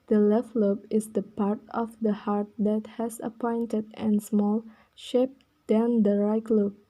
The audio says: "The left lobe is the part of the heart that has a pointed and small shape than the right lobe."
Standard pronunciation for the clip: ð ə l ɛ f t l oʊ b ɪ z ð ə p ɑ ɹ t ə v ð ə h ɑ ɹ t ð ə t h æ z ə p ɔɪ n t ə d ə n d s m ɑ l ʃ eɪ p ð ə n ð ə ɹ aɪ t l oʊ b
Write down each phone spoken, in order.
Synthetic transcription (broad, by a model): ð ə l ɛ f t l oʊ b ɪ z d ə p ɑ ɹ t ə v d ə h ɑ ɹ t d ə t h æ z ə p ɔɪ n t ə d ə n s m ɑ l ʃ eɪ p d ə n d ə ɹ aɪ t l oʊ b